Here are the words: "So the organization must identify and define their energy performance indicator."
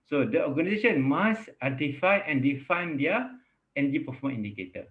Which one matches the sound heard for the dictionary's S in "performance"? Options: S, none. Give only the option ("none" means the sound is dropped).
none